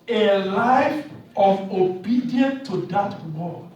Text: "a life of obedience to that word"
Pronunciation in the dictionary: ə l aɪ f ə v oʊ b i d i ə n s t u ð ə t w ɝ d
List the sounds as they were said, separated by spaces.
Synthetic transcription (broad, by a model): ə l aɪ f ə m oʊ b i d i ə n t u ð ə t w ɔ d